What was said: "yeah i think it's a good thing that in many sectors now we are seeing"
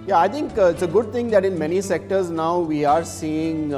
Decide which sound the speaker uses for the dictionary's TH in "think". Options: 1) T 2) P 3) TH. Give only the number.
1